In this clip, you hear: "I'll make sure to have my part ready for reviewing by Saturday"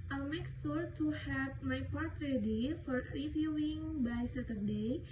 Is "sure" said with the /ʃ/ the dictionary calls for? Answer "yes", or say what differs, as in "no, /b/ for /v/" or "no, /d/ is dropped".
no, /s/ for /ʃ/